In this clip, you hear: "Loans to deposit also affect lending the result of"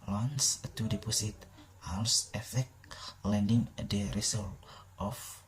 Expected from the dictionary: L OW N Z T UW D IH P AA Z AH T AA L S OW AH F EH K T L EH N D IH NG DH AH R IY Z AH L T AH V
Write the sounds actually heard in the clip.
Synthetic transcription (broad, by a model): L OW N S T UW D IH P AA S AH T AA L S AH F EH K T L EH N D IH NG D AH R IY S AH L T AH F